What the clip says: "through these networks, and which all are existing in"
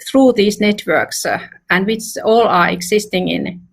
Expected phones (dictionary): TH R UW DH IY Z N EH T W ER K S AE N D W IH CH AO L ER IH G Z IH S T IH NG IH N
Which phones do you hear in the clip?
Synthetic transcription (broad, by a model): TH R UW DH IY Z N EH T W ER K S AE N D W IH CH AO L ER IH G S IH S T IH NG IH N